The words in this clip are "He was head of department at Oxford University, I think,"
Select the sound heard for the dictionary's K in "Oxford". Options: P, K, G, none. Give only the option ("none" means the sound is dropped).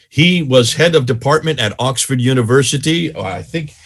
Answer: K